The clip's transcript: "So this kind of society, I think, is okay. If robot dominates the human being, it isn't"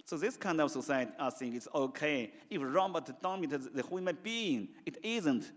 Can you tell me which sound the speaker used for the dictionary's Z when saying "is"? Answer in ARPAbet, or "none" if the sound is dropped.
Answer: S